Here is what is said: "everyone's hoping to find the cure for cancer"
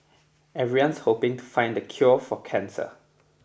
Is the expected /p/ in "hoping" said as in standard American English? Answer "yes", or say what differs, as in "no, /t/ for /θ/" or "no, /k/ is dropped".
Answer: yes